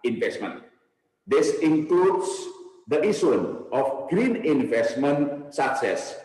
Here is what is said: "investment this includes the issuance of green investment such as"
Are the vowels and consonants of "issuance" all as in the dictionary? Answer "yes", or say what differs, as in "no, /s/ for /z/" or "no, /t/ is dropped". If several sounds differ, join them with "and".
no, /s/ is dropped